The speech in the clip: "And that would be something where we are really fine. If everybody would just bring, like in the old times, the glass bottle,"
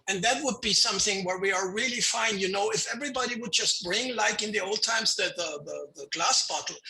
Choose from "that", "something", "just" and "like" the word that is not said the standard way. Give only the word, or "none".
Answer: none